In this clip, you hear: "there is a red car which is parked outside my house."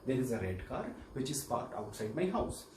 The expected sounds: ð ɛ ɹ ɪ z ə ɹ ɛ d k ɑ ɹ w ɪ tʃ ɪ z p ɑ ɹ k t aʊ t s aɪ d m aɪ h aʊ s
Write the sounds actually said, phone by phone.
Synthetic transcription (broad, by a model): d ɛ ɹ ɪ z ə ɹ ɛ d k ɑ ɹ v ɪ tʃ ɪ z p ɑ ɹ t aʊ t s aɪ d m aɪ h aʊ s